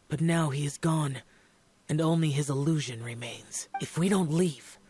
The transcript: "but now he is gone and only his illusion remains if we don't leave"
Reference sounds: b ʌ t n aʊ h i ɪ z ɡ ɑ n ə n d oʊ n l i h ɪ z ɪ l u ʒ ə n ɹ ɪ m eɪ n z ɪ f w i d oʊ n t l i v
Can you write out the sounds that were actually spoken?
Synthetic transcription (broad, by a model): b ʌ t n aʊ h i ɪ z ɡ ɑ n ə n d oʊ n l i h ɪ z ɪ l u ʒ ə n ɹ ɪ m eɪ n z ɪ f w i d oʊ n t l i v